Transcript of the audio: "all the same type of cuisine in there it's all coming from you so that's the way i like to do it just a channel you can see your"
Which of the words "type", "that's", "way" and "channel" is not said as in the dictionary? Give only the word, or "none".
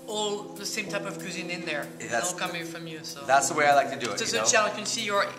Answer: channel